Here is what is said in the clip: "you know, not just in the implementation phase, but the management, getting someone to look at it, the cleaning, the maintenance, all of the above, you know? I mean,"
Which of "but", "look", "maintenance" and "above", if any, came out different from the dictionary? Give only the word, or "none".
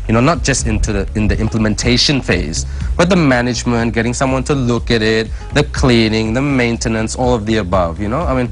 none